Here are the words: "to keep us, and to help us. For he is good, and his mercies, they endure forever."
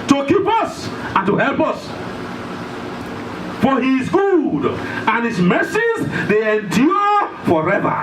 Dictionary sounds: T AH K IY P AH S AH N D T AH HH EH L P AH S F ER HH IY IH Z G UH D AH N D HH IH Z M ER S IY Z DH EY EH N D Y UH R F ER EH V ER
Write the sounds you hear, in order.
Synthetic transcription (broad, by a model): T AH K IY P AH S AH N T AH HH EH L P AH S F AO HH IY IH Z G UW D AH N HH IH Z M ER S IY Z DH EY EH N D Y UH F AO EH V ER